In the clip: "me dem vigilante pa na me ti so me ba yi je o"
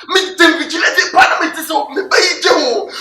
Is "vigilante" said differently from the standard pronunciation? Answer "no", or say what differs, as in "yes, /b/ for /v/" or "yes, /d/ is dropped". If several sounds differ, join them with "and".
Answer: yes, /n/ is dropped